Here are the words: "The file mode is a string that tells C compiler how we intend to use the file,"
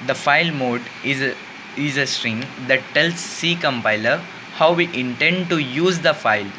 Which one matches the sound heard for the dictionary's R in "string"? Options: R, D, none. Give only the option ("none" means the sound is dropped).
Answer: R